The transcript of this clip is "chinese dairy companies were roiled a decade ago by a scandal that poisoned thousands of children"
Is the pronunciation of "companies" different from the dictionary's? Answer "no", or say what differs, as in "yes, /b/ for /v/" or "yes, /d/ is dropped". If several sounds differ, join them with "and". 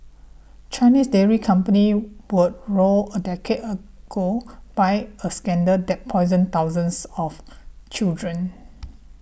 yes, /z/ is dropped